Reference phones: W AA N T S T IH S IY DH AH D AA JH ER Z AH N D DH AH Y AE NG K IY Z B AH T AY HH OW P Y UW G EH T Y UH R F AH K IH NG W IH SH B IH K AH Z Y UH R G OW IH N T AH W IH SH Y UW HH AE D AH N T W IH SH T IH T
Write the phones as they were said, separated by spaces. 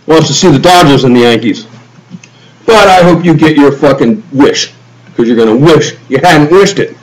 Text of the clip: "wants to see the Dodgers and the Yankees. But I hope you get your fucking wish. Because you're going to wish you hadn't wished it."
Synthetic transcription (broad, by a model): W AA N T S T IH S IY DH AH D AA JH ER Z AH N DH AH Y AE NG K IY Z B AH T AY HH OW P Y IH G EH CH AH R F AH K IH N W IH SH K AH Z Y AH R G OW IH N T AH W IH SH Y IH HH AE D N T W IH SH T IH T